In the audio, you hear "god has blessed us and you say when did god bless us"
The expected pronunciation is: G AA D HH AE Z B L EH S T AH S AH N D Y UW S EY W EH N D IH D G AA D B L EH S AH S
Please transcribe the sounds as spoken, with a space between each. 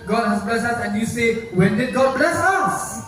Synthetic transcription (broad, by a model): G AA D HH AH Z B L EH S AH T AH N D Y UW S EY W EH N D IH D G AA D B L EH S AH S